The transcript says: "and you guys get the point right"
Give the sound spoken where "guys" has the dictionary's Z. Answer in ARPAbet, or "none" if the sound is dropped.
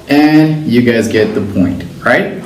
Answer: Z